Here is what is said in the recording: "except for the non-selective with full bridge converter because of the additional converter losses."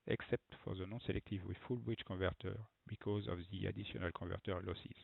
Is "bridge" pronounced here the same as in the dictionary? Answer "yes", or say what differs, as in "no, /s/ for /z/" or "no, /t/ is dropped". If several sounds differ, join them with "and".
no, /tʃ/ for /dʒ/